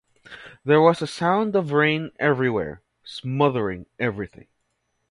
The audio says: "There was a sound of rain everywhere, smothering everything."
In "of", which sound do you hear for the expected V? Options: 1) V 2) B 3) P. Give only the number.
1